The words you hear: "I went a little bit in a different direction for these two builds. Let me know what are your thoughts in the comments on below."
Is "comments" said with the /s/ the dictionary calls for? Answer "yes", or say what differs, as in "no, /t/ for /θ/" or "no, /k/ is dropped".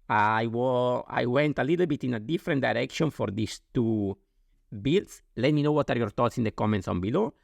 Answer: yes